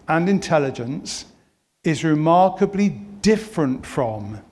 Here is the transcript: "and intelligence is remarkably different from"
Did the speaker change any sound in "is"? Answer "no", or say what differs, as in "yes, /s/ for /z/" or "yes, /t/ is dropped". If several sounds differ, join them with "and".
no